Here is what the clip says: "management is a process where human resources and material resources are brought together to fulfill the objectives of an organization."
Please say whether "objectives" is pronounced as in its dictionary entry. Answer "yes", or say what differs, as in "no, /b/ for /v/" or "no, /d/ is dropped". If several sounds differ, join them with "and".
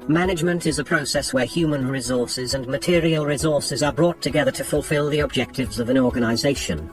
yes